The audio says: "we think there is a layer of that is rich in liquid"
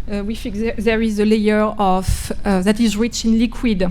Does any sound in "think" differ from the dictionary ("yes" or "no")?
yes